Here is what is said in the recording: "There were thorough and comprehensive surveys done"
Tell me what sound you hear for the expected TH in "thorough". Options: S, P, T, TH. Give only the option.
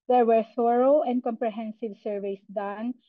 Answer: S